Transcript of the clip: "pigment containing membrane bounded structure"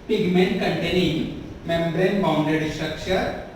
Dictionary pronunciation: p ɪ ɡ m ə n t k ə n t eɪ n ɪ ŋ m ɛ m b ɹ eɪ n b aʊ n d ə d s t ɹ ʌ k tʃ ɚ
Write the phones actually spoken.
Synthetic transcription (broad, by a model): p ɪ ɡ m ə n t k ə n t eɪ n ɪ ŋ m ɛ m b ɹ eɪ n b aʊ n d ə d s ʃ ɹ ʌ k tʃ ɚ